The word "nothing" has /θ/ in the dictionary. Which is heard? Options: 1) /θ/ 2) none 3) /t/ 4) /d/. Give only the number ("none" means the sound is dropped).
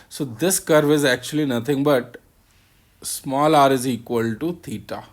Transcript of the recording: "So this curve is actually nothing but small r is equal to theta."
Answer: 3